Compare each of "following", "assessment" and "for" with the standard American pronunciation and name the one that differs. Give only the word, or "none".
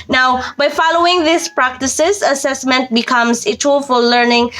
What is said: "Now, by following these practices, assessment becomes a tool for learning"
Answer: for